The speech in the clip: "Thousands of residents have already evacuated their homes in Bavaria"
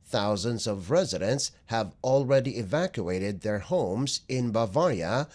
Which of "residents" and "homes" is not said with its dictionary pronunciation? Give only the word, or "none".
none